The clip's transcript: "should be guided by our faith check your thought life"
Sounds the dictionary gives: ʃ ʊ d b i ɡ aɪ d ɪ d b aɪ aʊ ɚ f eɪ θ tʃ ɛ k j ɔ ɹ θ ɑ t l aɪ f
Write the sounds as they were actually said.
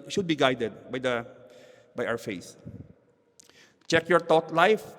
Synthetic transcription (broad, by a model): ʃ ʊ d b i ɡ aɪ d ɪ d b aɪ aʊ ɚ f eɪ s tʃ ɛ k j ɔ ɹ t ɑ t l aɪ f